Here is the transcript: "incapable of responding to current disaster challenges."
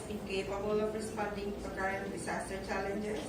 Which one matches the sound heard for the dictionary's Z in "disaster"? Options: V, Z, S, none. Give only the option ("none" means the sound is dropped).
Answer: S